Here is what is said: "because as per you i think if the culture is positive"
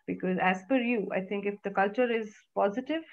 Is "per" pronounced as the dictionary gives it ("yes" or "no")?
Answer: no